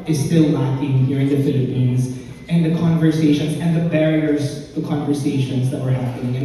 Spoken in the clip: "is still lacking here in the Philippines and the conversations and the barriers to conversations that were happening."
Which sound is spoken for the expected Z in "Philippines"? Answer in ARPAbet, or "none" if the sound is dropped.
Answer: Z